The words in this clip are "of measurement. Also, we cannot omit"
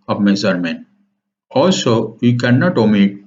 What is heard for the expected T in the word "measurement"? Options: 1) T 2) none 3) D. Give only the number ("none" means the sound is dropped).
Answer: 2